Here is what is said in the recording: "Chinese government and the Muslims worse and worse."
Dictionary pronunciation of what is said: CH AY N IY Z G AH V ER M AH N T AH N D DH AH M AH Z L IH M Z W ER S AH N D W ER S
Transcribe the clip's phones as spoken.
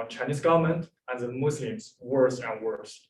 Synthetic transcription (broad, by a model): CH AY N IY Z G AH V ER M AH N T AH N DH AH M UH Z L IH M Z W ER S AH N W ER S